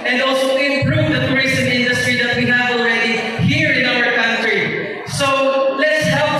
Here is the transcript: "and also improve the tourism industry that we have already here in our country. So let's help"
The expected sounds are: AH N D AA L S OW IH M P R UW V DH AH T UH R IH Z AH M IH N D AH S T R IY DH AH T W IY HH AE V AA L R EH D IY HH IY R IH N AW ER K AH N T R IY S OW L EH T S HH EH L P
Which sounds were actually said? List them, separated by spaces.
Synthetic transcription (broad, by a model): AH N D AA L S OW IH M P R UW V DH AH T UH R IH S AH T IH N D AH S T R IY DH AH T W IY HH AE V AA L R EH D IY HH IY R IH N AW ER K AH N T R IY S OW L EH T S HH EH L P